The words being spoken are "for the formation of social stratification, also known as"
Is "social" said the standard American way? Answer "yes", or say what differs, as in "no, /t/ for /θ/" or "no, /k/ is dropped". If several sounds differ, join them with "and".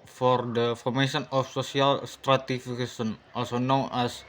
no, /s/ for /ʃ/